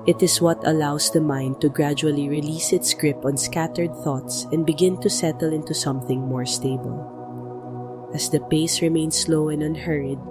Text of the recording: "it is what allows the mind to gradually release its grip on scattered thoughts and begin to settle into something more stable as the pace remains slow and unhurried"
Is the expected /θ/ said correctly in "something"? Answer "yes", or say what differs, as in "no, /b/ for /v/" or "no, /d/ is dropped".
yes